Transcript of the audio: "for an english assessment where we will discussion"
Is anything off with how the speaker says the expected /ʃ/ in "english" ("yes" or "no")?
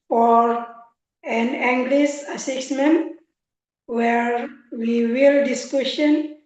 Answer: yes